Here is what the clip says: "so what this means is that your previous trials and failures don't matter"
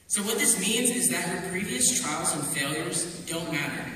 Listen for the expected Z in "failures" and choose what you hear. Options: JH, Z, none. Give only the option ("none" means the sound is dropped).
Z